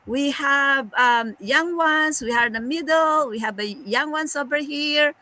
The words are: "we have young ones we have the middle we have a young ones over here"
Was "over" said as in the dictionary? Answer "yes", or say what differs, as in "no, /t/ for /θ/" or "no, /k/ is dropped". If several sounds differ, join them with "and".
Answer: no, /b/ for /v/